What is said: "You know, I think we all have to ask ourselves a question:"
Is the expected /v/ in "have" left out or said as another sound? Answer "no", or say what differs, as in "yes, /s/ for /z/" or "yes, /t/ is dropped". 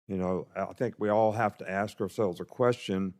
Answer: yes, /f/ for /v/